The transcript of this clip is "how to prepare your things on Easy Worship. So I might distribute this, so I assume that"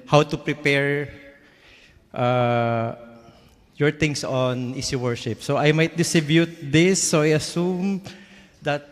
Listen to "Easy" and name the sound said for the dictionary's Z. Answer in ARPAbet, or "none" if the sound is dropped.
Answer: S